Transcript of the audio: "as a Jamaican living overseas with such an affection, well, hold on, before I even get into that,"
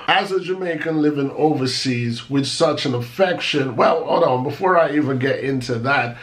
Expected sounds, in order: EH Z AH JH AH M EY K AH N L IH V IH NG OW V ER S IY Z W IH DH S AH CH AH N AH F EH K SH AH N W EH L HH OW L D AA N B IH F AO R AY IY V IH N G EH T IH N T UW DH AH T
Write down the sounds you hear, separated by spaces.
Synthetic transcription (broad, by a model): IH Z AH JH AH M EY K AH N L IH V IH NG OW V ER S IY Z W IH DH S AH CH AH N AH F EH K SH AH N W EH L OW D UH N B IH F AO R AY IY V IH N G EH T IH N T UW DH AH T